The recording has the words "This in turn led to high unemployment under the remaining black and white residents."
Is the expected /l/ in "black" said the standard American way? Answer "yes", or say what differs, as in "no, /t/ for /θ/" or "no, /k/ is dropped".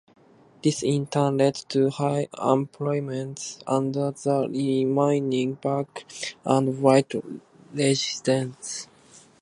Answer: no, /l/ is dropped